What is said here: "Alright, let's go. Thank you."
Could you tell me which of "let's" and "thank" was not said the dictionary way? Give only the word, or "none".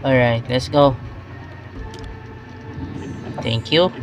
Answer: thank